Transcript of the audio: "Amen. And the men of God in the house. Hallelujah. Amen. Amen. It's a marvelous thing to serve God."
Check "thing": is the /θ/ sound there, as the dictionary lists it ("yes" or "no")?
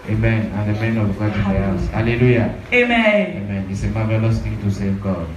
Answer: no